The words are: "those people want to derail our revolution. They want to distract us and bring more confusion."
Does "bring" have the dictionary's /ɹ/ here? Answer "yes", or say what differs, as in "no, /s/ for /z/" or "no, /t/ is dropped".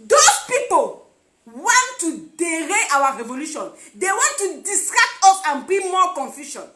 no, /ɹ/ is dropped